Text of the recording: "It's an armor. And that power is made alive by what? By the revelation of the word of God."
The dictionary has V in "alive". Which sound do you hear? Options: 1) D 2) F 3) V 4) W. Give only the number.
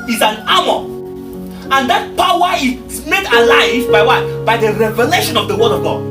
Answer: 3